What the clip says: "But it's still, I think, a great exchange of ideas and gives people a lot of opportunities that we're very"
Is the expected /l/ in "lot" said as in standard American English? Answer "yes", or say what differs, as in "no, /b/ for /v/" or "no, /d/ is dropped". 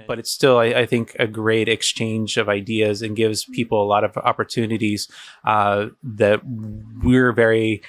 yes